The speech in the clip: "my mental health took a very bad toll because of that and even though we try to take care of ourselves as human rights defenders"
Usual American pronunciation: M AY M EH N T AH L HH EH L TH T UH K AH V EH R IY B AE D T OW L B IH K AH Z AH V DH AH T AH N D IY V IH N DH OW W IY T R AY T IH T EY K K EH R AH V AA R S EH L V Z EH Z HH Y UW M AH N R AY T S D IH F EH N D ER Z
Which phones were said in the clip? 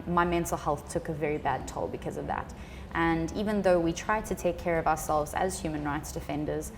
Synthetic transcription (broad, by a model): M AY M EH N T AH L HH EH L TH T UH K AH V EH R IY B AE D T OW L B IH K AH Z AH V DH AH T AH N IY V IH N DH OW W IY T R AY T IH T EY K K EH R AH V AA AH S EH L V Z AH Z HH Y UW M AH N R AY T S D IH F EH N D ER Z